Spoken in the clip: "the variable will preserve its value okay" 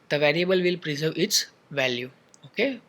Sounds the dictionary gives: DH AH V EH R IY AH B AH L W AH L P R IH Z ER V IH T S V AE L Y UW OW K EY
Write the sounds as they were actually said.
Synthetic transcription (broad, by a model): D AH V EH R IY AH B AH L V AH L P R IH Z ER V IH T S V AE L Y UW OW K EY